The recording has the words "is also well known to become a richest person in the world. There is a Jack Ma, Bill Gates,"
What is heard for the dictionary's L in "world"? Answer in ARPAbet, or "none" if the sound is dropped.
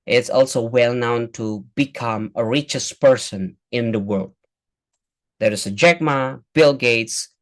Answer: L